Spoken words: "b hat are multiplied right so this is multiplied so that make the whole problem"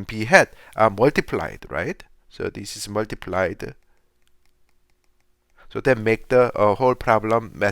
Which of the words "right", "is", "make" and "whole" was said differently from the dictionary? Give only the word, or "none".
is